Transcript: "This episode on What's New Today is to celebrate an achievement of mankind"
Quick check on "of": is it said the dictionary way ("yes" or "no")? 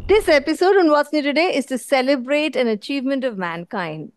yes